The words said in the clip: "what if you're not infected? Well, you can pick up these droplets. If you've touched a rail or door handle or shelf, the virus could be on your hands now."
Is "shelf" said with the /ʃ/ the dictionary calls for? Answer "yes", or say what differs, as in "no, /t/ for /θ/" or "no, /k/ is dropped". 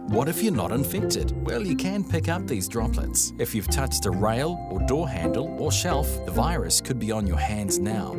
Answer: yes